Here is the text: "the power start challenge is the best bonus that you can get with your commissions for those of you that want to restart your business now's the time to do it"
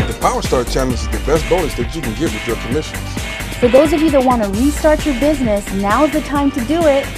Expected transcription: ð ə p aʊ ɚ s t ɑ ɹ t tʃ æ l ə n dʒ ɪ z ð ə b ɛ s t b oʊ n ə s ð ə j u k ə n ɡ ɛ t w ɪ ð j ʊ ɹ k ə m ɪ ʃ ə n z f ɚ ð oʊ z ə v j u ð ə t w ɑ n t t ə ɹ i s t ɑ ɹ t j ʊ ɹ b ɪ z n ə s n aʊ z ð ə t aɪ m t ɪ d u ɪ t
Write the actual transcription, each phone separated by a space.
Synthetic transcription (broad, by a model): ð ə p aʊ ɚ s t ɑ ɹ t tʃ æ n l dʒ ɪ z ð ə b ɛ s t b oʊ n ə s ð ə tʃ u k ə n ɡ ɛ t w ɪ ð j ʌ ɹ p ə m ɪ ʃ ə n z f ɚ ð oʊ z ə v j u ð ə t w ɑ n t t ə ɹ i s t ɑ ɹ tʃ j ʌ ɹ b ɪ z n ə s n aʊ z ð ə t aɪ m t ɪ d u ɪ t